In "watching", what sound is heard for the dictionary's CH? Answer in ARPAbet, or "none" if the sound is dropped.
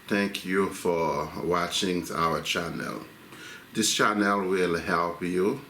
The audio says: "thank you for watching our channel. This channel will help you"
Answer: CH